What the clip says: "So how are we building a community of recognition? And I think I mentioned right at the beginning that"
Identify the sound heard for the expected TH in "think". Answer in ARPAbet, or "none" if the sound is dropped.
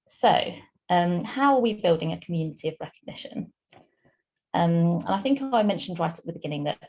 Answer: TH